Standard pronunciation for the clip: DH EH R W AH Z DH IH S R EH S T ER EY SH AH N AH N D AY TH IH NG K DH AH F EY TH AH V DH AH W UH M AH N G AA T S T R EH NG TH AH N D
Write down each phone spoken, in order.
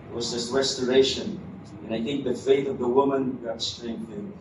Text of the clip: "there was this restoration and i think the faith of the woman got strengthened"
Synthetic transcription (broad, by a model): W AH Z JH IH S R EH S T ER EY SH AH N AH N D AY TH IH NG K DH AH F EY TH AH V DH AH W UH M AH N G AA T S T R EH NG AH